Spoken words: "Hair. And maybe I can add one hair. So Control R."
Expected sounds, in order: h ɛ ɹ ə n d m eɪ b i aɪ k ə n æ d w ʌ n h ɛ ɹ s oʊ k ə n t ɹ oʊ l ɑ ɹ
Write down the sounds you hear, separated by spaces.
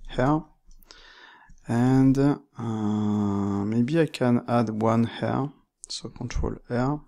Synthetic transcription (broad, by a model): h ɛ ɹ ə n d m eɪ b i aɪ k ə n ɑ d w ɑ n h ɛ ɹ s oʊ k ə t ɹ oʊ l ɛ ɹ